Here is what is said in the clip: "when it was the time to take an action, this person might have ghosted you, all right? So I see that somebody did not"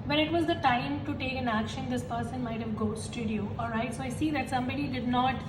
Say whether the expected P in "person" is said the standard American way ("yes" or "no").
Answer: yes